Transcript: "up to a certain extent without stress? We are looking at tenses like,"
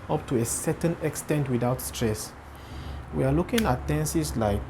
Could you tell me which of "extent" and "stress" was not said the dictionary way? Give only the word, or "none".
none